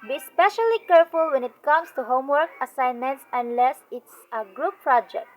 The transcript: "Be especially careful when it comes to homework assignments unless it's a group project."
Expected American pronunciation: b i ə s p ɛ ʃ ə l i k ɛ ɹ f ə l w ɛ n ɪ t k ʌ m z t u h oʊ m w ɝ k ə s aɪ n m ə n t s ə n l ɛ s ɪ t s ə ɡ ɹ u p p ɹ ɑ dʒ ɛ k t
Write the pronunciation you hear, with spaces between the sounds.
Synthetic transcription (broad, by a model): b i s p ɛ ʃ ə l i k ɛ ɹ f ə l w ɛ n ɪ t k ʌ m s t u h oʊ m w ɝ k ə s aɪ n m ə n t s ə n l ɛ s ɪ t s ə ɡ ɹ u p p ɹ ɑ dʒ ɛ k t